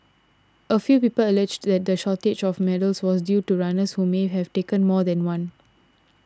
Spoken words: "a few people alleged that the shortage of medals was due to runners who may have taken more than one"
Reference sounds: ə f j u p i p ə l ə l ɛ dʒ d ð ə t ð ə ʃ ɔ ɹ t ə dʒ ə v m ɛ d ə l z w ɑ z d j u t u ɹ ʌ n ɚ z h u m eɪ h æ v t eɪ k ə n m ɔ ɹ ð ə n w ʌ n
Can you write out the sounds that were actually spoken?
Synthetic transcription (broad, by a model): ə f j u p i p ə l ə l ɛ dʒ d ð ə t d ə ʃ ɔ t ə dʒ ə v m ɛ d ə l s w ɑ s d j u t u ɹ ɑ n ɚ s h u m eɪ h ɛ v t eɪ k ə n m ɔ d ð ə n w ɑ n